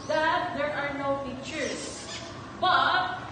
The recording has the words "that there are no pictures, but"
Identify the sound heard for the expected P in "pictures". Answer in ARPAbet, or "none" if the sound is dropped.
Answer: F